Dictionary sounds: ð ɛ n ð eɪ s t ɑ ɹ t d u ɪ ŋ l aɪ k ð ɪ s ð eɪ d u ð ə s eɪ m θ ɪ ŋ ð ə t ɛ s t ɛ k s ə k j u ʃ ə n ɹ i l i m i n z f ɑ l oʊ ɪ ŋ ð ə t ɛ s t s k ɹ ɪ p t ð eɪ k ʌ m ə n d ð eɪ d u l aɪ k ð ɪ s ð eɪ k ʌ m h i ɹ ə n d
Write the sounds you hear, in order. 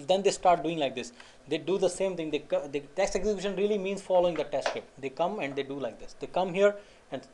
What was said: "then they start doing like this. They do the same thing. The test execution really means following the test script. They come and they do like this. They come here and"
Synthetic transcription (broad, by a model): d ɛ n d eɪ s t ɑ ɹ t d u ɪ ŋ l aɪ k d ɪ s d eɪ d u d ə s eɪ m t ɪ ŋ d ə t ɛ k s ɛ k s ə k j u ʃ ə n ɹ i l i m i n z f ɑ l oʊ ɪ ŋ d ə t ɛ s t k ɪ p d eɪ k ʌ m ə n d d eɪ d u l aɪ k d ɪ s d eɪ k ʌ m h i ɹ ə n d